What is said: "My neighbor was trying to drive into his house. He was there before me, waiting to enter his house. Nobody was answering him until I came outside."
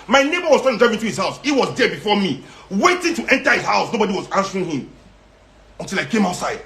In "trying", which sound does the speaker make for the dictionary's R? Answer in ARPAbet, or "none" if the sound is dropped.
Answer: none